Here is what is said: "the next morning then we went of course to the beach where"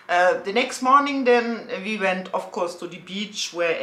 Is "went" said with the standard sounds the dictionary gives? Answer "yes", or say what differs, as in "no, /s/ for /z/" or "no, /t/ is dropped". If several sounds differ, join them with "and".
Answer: yes